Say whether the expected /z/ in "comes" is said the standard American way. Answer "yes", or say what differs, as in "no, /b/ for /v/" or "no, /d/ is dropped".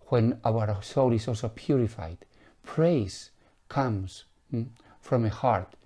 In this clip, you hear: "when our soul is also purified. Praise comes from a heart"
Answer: no, /s/ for /z/